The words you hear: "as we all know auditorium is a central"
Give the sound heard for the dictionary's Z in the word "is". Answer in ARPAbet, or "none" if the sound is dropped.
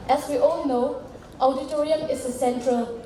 S